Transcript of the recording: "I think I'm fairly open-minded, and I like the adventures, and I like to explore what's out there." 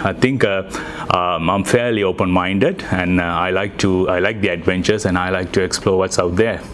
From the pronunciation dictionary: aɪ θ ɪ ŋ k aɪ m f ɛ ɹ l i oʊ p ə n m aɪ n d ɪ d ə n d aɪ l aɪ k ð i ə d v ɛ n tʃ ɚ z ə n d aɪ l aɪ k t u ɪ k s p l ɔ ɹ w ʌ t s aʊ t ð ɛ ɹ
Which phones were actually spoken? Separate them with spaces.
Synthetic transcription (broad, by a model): aɪ t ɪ ŋ k aɪ m f ɛ ɹ l i oʊ p ə n m aɪ n d ɪ d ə n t aɪ l aɪ k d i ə d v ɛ n tʃ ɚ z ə n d aɪ l aɪ k t u ɪ k s p l ɔ ɹ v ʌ t s aʊ t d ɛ ɹ